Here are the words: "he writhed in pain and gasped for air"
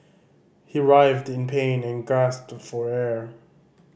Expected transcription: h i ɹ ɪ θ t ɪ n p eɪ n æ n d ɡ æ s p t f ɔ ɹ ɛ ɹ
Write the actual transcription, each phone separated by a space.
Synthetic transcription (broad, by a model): h i ɹ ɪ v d ɪ n p eɪ n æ n ɡ æ s p t f ɔ ɹ ɛ ɹ